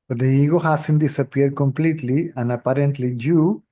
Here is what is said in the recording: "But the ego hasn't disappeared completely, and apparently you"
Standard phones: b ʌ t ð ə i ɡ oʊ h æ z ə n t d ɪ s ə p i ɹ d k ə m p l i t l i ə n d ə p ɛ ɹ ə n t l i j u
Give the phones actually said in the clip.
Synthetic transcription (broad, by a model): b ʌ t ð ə i ɡ oʊ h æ s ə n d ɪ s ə p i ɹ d k ə m p l i t l i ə n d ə p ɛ ɹ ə n t l i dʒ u